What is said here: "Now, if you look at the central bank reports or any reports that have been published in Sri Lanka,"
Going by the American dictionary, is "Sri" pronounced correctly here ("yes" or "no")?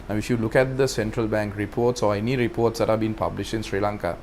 yes